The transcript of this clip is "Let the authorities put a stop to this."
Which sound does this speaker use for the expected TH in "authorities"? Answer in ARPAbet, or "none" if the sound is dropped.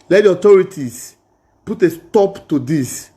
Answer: T